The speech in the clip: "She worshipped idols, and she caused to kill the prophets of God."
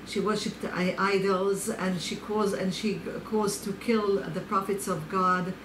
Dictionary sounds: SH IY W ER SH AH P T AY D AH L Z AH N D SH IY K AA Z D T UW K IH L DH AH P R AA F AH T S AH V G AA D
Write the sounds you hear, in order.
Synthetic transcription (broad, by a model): SH IY W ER SH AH P T AY D AH L Z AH N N SH IY K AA Z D T UW K IH L DH AH P R AA F AH T S AH V G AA D